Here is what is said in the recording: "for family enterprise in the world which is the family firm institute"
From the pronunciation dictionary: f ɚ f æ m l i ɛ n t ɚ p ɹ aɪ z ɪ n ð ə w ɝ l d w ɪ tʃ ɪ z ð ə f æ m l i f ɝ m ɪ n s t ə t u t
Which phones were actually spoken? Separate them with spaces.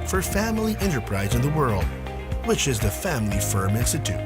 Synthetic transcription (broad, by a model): f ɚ f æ m l i ɛ n t ɚ p ɹ aɪ z ɪ n ð ə w ɝ l d w ɪ tʃ ɪ z ð ə f æ m l i f ɝ m ɪ n s t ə t u t